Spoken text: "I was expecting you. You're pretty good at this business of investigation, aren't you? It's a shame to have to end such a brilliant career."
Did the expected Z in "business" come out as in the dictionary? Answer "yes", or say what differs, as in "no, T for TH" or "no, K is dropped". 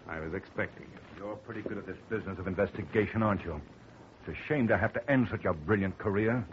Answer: yes